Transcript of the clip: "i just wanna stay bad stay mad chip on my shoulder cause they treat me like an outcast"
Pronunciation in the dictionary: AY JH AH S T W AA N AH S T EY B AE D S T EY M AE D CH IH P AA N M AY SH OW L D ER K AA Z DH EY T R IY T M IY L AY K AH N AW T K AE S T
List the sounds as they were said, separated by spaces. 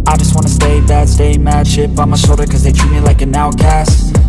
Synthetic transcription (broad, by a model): AY JH AH S T W AA N AH S T EY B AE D S T EY M AE D SH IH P AA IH M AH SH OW D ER K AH Z DH EY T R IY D M IY L AY K AH N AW K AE S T